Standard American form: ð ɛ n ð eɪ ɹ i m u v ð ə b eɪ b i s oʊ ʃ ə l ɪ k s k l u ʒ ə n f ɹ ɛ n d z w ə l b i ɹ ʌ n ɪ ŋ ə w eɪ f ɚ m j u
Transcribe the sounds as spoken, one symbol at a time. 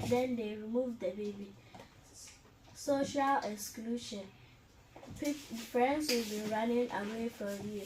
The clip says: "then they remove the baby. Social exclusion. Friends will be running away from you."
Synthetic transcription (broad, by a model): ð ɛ n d eɪ ɹ i m u v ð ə b eɪ b i s oʊ ʃ ə l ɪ k s k l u ʃ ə n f ɹ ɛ n d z w ə l b i ɹ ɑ n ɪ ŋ ə w eɪ f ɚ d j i